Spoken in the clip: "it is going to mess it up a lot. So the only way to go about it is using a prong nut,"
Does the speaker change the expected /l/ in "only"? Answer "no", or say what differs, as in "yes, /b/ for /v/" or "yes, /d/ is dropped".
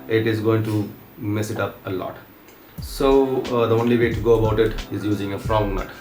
no